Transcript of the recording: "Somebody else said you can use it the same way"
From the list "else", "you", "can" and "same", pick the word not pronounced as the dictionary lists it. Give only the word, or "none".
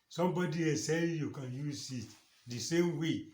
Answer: else